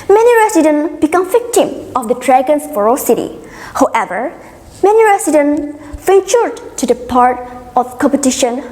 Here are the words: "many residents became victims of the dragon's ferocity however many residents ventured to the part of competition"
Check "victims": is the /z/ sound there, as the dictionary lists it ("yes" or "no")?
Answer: no